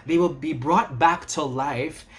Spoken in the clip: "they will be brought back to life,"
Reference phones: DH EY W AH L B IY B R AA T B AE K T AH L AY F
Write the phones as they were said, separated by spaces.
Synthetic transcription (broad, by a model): DH EY W AH L B IY B R AA T B AE K T AH L AY F